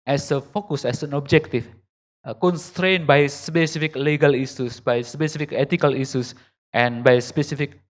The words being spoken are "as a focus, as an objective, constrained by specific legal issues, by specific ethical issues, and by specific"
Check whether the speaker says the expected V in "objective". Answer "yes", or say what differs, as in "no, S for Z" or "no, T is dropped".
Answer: no, F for V